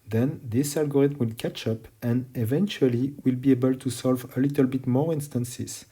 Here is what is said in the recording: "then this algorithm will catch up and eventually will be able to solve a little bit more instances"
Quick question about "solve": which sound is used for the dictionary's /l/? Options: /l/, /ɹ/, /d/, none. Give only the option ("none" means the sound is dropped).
/l/